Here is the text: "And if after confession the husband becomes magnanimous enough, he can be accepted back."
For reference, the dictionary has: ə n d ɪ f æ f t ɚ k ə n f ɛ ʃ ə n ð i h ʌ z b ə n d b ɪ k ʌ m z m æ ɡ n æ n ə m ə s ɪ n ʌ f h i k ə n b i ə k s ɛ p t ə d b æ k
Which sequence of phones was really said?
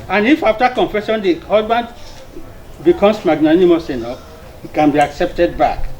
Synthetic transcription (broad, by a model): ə n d ɪ f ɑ f t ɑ k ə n f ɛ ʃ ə n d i h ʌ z b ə n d b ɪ k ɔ m s m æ ɡ n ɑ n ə m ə s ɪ n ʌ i k ə n b i ə k s ɛ p t ə d b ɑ k